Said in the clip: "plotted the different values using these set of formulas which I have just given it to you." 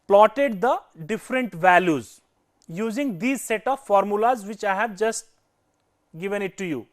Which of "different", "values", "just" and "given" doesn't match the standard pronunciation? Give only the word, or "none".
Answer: none